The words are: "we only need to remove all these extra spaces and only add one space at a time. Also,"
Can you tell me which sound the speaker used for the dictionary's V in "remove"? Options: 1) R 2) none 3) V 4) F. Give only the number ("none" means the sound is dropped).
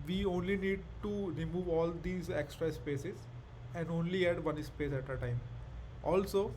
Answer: 3